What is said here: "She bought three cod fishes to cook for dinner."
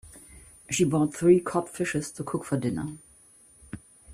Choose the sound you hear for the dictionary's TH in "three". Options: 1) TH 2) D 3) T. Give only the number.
1